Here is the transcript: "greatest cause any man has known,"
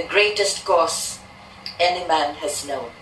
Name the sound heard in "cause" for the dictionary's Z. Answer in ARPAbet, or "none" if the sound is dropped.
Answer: S